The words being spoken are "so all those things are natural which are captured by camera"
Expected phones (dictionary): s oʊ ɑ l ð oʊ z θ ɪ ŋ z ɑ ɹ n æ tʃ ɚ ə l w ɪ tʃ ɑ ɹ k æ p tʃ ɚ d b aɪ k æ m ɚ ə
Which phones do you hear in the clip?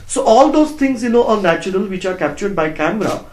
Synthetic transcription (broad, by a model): s oʊ ɑ l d oʊ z t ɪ ŋ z ɑ ɹ n æ tʃ ɚ ə l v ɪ tʃ ɑ ɹ k æ p tʃ ɚ d b aɪ k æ m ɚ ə